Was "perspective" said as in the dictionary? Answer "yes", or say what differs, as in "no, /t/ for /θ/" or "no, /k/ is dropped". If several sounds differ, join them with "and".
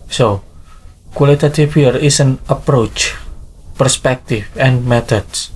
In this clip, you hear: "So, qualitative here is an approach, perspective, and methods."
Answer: no, /f/ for /v/